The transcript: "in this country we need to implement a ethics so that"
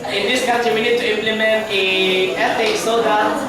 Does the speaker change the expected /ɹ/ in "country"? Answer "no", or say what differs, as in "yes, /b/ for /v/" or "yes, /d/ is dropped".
yes, /ɹ/ is dropped